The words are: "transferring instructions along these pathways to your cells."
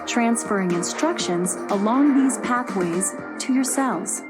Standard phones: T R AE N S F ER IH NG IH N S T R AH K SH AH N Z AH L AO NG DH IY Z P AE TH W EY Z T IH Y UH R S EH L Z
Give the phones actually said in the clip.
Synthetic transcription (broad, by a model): T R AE N S F ER IH NG IH N S T R AH K SH AH N Z AH L AO NG DH IY Z P AE TH W EY Z T IH Y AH R S EH L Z